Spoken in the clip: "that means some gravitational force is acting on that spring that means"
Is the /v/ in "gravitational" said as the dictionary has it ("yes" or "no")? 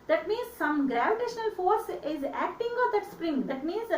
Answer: yes